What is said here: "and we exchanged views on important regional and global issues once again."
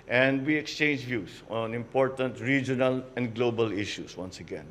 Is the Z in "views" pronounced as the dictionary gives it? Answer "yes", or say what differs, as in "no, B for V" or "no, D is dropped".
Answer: no, S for Z